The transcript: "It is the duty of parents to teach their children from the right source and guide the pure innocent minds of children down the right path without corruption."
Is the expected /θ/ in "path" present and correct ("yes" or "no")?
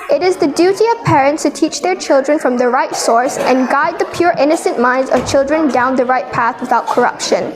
yes